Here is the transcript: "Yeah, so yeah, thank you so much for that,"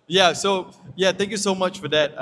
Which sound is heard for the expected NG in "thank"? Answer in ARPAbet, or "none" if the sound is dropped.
NG